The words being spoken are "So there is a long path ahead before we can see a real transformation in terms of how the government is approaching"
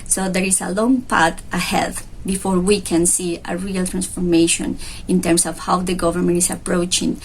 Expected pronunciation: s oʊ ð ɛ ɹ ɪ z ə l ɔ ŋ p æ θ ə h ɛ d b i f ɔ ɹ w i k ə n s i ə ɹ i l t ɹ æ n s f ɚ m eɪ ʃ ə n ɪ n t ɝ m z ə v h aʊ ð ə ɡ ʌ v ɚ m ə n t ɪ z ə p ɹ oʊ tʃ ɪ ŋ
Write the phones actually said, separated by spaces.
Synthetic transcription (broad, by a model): s oʊ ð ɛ ɹ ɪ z ə l ɔ ŋ p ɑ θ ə h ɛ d b i f ɔ ɹ w i k ə n s i ə ɹ i l t ɹ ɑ n s f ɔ m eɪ ʃ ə n ɪ n t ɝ m s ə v h aʊ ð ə ɡ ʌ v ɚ m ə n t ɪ s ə p ɹ oʊ tʃ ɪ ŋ